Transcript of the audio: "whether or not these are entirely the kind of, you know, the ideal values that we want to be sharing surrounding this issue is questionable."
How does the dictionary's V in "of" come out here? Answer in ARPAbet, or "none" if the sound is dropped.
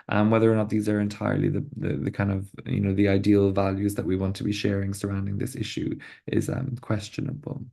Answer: V